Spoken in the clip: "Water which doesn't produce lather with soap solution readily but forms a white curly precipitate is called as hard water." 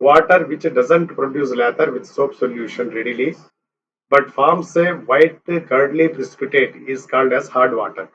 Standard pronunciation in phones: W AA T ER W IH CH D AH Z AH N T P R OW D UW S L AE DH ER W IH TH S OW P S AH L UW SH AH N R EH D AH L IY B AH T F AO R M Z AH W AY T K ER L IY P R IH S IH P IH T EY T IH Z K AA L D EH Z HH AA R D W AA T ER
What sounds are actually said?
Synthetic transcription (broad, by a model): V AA T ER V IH CH D AH Z AH N T P R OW D UW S L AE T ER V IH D S OW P S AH L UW SH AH N R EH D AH L IY B AH T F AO R M S AH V AY T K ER L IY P R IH S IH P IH T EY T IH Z K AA N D EH Z HH AA R D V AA T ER